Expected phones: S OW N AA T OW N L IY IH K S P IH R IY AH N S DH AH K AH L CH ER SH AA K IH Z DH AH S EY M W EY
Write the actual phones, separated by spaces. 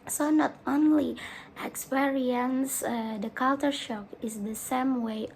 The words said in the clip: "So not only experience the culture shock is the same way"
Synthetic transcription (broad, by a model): S OW N AA T OW N L IY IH K S P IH R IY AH N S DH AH K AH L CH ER SH AA K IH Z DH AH S EY M W EY